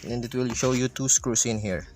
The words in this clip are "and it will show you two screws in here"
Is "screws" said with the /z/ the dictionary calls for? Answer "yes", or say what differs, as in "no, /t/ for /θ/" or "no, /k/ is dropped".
no, /s/ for /z/